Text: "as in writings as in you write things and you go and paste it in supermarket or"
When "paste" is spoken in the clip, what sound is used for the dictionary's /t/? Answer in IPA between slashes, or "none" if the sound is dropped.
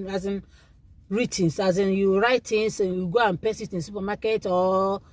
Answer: none